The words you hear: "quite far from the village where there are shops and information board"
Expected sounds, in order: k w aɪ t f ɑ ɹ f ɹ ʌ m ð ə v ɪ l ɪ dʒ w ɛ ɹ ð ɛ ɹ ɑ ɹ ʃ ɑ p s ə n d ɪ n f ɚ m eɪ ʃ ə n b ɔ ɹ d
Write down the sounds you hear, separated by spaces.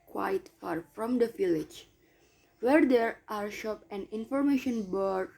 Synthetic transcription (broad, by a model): k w aɪ t f ɑ ɹ f ɹ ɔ m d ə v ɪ l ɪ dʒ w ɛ ɹ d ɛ ɹ ɑ ɹ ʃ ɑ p ə n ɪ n f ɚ m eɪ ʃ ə n b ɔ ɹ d